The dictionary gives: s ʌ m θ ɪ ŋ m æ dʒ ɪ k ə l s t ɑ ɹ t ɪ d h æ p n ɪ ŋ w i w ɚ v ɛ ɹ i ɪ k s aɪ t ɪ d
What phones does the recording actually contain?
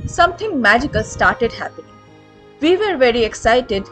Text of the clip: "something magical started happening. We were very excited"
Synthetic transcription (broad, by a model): s ʌ m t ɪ ŋ m æ dʒ ɪ k ə l s t ɑ ɹ t ɪ d h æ p ɪ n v i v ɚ v ɛ ɹ i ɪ k s aɪ t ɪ d